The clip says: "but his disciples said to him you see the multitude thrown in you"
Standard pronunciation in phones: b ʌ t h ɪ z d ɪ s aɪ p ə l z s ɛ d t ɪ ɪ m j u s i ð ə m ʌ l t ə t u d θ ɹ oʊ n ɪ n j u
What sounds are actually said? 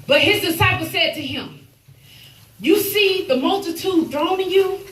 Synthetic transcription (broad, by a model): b ʌ t h ɪ z d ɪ s aɪ p l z s ɛ d t ɪ ɪ m j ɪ s i ð ə m ʌ l t ə t u d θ ɹ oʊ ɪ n j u